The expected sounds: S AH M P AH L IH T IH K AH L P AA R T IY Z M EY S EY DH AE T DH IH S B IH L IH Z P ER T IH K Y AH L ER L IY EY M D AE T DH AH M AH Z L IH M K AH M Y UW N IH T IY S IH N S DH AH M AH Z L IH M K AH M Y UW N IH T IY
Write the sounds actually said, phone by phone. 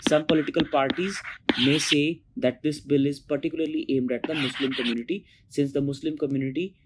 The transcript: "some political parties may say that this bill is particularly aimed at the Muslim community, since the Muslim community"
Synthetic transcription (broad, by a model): S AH M P AH L IH T IH K AH L P AA R T IY Z M EY S EY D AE T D IH S B IH L IH Z P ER T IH K Y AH L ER L IY EY M D AE T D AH M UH S L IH M K AH M Y UW N IH T IY S IH N S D AH M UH S L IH M K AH M Y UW N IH T IY